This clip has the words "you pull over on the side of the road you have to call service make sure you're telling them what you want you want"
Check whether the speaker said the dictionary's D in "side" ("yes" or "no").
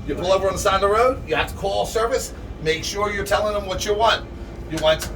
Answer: no